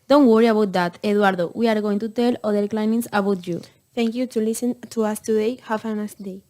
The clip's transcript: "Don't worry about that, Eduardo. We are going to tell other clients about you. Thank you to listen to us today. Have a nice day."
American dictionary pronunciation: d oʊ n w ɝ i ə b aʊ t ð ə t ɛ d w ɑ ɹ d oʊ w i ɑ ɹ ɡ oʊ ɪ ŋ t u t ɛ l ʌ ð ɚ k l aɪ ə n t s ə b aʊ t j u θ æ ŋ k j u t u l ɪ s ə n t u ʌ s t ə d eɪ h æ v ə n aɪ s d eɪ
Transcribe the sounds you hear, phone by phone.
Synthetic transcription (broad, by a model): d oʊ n w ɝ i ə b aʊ t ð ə t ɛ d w ɑ ɹ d oʊ w i ɑ ɹ ɡ oʊ ɪ ŋ t u t ɛ l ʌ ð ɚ k l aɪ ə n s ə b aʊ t j u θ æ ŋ k j u t u l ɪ s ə n t u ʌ s t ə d eɪ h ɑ f ə n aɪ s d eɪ